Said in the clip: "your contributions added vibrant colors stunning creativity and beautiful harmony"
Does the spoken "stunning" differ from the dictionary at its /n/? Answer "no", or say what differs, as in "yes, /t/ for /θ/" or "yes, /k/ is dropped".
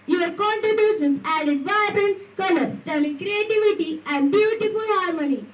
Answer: yes, /l/ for /n/